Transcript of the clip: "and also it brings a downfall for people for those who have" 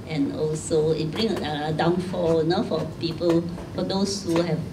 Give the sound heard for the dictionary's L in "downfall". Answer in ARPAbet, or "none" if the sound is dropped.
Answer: N